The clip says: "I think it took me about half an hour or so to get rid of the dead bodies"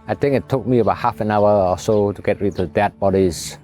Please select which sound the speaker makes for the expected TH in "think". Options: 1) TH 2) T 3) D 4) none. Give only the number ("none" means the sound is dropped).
2